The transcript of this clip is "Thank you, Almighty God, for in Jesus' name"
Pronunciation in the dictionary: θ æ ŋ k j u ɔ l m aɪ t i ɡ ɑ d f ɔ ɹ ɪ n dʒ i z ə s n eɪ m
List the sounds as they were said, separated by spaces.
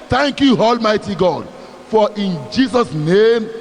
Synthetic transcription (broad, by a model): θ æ ŋ k j u ɔ l m aɪ t i ɡ ɑ d f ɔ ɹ ɪ n dʒ i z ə s n eɪ m